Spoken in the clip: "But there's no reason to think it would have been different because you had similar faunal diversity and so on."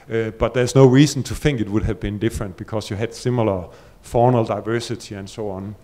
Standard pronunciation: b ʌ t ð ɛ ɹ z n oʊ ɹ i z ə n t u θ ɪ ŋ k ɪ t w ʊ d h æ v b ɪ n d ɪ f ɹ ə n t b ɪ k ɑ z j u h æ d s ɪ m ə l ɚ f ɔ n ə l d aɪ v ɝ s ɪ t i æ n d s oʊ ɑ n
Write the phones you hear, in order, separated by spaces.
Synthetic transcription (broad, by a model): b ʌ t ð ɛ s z n oʊ ɹ i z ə n t u θ ɪ ŋ k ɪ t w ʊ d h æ v b ɪ n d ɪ f ɹ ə n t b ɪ k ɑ s j u h æ d s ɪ m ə l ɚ f ɔ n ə l d aɪ v ɝ s ɪ t i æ n s oʊ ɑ n